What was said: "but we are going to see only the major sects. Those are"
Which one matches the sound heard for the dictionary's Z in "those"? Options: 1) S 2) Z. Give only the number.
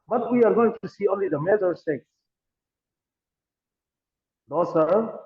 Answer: 1